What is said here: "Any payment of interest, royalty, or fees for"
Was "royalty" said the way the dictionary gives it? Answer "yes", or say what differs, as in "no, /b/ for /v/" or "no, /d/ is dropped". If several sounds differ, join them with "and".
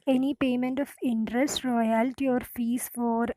yes